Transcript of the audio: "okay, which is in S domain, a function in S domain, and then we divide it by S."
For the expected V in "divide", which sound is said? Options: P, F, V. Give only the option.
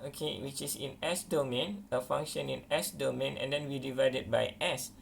V